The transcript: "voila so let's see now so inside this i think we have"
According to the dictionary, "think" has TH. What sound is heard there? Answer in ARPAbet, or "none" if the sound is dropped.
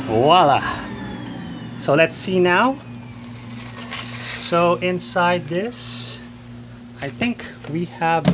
TH